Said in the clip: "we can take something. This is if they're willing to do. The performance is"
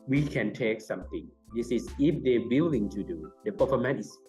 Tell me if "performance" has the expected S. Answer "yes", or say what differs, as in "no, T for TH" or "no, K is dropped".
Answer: no, S is dropped